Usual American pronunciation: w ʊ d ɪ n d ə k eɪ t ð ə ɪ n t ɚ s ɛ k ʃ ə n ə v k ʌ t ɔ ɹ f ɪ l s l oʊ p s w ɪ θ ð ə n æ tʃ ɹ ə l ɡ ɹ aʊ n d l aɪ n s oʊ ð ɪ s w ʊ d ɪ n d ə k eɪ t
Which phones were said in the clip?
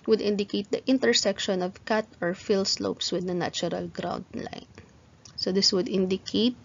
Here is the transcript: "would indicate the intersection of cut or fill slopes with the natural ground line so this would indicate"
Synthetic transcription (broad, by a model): w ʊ d ɪ n d ə k eɪ t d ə ɪ n t ɚ s ɛ k ʃ ə n ə v k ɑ t ɔ ɹ f ɪ l s l oʊ p s w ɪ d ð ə n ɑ tʃ ɹ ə l ɡ ɹ aʊ n d l aɪ n s oʊ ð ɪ s w ʊ d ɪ n d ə k eɪ t